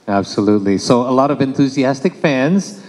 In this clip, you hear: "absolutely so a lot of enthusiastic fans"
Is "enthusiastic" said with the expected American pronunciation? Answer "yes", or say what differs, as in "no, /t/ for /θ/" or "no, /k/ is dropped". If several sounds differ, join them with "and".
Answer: yes